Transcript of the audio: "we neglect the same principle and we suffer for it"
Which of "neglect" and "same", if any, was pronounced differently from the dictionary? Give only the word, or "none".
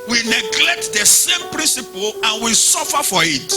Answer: none